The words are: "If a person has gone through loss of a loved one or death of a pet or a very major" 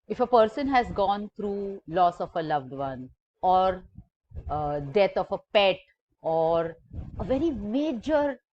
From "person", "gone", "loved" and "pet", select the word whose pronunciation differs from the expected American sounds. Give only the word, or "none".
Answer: none